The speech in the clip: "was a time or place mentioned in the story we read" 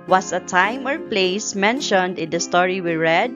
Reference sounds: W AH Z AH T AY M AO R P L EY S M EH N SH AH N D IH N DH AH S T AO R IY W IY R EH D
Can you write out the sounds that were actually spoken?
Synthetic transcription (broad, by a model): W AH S AH T AY M AO R P L EY S M EH N SH AH N D IH N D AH S T AO R IY W IY R EH D